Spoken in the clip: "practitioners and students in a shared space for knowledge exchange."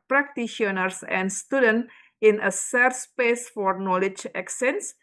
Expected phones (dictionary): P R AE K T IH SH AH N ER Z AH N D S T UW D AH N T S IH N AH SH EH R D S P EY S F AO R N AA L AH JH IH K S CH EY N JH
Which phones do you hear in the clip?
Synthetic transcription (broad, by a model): P R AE K T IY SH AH N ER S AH N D S T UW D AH N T IH N AH S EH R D S P EY S F AO R N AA L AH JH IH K S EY N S